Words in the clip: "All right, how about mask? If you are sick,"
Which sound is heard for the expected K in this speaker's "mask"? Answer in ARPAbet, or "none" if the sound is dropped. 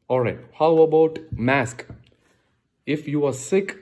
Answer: K